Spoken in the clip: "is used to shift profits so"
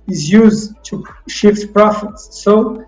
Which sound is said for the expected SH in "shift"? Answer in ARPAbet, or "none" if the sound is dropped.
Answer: SH